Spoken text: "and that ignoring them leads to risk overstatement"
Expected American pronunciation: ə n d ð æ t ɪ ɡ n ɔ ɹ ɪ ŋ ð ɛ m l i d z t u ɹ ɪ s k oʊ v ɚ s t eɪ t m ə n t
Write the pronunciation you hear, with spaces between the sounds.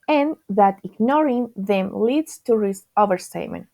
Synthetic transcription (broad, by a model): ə n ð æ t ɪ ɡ n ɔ ɹ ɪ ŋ ð ɛ m l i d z t u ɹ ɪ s oʊ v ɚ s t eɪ m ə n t